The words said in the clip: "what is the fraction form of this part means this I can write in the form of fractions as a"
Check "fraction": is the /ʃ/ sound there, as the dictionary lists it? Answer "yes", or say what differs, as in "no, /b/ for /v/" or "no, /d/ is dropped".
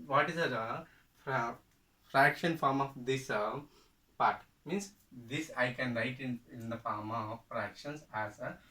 yes